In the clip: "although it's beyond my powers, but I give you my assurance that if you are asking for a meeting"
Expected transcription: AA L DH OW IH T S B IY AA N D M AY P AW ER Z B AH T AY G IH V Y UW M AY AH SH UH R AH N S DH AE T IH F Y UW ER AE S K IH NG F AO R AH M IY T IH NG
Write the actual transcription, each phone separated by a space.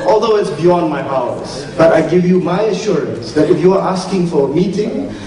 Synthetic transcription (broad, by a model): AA L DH OW IH T S B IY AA N D M AY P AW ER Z B AH T AY G IH V Y UW M AY AH SH UH R AH N S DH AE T IH F Y UW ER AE S K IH NG F AO R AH M IY T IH NG